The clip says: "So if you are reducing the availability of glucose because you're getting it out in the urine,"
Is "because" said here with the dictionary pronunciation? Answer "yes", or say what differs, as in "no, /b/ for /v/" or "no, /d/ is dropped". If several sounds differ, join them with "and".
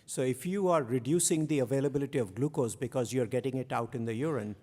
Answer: yes